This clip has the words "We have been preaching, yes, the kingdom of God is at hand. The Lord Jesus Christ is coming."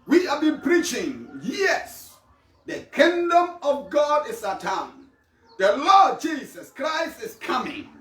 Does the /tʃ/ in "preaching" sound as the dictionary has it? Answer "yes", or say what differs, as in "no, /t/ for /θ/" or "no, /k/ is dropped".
yes